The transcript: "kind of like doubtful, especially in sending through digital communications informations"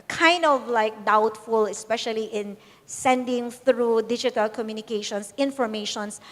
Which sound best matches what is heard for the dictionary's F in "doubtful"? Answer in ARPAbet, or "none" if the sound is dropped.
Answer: F